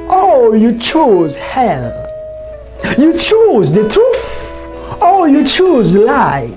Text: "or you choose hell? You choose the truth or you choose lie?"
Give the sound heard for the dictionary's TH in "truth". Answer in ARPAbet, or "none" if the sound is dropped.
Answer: F